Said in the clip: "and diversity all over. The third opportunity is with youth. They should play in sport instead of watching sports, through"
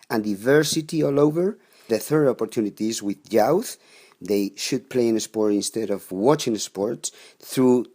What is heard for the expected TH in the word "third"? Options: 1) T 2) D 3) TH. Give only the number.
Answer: 3